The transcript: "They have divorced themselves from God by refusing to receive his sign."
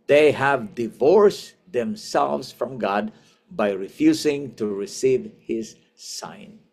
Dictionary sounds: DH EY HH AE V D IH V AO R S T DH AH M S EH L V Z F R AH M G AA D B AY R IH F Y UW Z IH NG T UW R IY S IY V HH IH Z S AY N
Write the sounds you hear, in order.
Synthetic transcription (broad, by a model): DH EY HH AE V D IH V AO R S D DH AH M S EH L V S F R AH M G AA D B AY R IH F Y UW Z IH NG T UW R IY S IY V HH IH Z S AY N